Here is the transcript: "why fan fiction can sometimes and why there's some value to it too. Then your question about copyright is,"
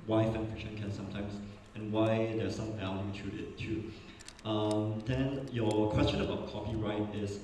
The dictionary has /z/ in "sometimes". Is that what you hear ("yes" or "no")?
no